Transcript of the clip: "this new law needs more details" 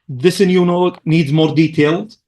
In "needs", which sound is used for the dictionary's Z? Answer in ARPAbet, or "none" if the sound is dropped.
Z